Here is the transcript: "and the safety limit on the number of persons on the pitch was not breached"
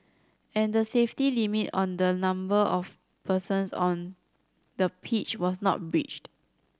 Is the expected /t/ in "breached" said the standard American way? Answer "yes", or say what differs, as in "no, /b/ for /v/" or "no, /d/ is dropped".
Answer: yes